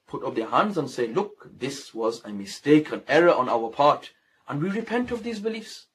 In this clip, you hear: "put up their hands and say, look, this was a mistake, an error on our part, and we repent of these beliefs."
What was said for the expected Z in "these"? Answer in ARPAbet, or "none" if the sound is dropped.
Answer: Z